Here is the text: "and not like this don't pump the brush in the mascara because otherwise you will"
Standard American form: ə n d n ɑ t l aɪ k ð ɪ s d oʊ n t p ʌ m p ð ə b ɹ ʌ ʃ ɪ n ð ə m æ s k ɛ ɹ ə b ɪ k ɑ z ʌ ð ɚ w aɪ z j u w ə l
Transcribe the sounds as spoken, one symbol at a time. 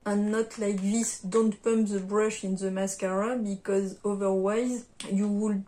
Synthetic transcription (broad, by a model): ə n n ɑ t l aɪ k ð ɪ s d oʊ n t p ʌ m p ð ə b ɹ ʌ ʃ ɪ n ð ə m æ s k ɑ ɹ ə b ɪ k ɑ z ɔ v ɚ w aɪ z j u w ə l